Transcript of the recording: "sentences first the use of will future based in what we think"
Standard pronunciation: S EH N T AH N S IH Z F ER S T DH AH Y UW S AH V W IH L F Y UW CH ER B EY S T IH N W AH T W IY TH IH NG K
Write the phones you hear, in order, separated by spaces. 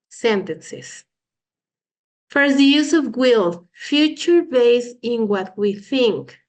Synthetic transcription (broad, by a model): S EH N T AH N S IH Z F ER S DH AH Y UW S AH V W IH L F Y UW CH ER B EY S IH N W AH T W IY TH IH NG K